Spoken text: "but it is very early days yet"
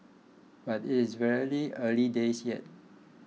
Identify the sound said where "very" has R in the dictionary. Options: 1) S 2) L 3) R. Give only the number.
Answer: 2